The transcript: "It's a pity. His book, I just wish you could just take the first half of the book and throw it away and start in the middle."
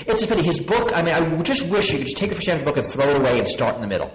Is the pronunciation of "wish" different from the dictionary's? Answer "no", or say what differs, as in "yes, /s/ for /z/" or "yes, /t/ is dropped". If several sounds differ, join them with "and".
no